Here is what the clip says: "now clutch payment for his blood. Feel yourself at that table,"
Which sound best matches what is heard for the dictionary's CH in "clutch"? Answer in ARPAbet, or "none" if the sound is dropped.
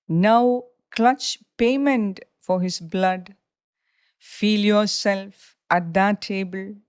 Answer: CH